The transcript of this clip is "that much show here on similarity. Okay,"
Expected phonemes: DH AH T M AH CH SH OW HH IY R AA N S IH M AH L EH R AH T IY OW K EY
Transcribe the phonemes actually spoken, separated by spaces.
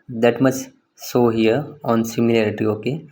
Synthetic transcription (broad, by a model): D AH T M AH CH S OW HH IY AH AA N S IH M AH L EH R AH T IY OW K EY